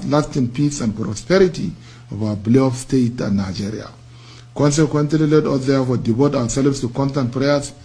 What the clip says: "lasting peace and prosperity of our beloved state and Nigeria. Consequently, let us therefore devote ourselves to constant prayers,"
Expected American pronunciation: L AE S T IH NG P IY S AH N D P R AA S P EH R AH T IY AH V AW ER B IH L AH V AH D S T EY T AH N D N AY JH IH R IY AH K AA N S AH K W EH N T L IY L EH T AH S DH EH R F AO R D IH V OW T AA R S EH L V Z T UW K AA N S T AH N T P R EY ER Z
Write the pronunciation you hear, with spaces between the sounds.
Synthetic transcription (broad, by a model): L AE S T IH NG P IY S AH N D P R AA S P EH R AH T IY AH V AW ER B L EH AH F S T EY T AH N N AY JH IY R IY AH K AA N S AH K W EH N T L IY L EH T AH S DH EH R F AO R D IH V OW T AA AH S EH L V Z T UW K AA N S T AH N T P R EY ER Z